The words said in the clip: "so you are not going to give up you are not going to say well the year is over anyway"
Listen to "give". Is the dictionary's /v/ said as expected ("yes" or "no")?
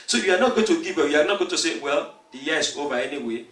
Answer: no